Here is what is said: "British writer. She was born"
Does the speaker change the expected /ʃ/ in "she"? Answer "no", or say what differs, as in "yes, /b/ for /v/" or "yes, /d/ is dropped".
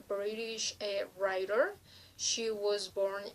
no